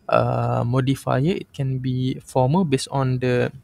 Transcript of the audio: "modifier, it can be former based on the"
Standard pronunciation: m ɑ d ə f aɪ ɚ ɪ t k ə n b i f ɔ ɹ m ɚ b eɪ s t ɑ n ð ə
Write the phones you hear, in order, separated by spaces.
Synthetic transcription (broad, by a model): m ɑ d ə f aɪ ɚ ɪ t k ə n b i f ɔ m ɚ b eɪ s ɑ n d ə